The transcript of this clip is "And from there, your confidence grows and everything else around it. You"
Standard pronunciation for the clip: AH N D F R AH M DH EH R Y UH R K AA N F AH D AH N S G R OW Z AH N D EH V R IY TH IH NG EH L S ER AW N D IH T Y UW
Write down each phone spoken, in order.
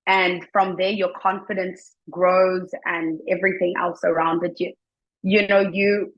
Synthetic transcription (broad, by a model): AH N F R AH M DH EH R Y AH R K AA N F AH D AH N S G R OW Z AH N EH V R IY TH IH NG EH L S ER AW N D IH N Y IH